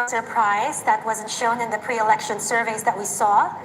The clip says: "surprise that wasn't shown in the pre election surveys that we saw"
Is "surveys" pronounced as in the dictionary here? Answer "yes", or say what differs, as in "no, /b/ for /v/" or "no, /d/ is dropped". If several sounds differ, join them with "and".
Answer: yes